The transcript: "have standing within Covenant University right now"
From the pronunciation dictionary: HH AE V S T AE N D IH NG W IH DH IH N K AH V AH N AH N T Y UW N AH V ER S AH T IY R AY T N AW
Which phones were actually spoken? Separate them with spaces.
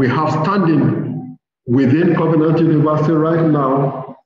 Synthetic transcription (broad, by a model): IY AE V S T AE N D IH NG W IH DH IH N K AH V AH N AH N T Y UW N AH V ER S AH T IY R AY T N AW